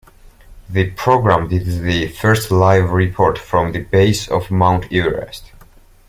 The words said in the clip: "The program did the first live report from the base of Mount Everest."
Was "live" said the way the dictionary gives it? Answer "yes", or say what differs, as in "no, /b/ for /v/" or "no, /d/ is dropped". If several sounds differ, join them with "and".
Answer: yes